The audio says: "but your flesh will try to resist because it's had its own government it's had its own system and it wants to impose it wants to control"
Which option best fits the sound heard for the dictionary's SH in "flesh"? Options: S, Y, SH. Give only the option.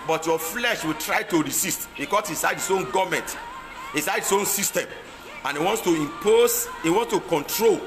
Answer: SH